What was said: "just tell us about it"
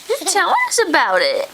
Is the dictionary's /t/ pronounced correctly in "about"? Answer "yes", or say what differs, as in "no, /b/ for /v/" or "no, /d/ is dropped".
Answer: yes